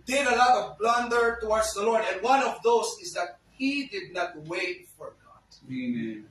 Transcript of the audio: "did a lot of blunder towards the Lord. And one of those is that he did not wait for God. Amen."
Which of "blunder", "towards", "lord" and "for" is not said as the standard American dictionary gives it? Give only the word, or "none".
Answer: none